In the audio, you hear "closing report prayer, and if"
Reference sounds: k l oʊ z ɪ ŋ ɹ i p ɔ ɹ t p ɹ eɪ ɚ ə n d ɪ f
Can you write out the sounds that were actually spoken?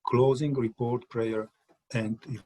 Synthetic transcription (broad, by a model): k l oʊ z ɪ ŋ ɹ i p ɔ ɹ t p ɹ eɪ ɚ ə n d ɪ